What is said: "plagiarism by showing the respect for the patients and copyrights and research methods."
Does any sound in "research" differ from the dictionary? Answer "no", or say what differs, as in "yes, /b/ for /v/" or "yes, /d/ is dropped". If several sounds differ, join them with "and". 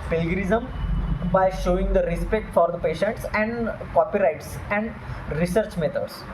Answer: no